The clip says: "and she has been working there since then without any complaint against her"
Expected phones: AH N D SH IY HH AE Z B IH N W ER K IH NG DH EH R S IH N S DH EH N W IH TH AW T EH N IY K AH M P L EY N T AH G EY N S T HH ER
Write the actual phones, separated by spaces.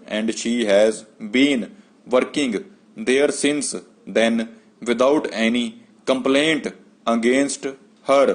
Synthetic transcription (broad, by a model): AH N D SH IY HH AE Z B IH N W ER K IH NG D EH R S IH N S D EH N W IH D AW T EH N IY K AH M P L EY N T AH G EY N S T HH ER